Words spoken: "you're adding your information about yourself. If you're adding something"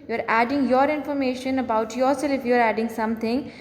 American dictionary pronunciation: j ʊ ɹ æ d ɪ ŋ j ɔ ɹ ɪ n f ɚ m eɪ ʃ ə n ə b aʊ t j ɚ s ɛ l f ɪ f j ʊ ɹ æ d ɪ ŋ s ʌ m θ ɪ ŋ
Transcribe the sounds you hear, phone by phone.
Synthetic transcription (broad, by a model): j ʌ ɹ æ d ɪ ŋ j ɔ ɹ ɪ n f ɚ m eɪ ʃ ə n ə b aʊ t j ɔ s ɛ l ɪ f j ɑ ɹ æ d ɪ ŋ s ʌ m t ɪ ŋ